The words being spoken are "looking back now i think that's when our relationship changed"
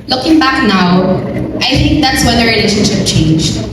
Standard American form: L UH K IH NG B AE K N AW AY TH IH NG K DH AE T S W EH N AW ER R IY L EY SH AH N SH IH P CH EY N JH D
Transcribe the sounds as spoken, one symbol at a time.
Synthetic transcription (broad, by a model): L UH K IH NG B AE K N AW AY TH IH NG K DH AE T S W EH N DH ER R IY L EY SH AH N SH IH P CH EY N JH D